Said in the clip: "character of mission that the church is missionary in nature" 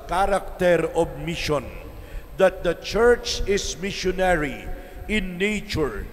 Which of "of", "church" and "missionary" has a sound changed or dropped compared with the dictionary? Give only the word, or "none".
of